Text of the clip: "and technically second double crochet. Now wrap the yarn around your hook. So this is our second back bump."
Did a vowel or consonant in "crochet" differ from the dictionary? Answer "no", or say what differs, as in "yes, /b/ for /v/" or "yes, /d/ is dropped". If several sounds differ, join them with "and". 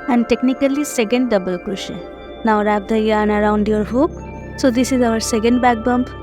yes, /ɹ/ is dropped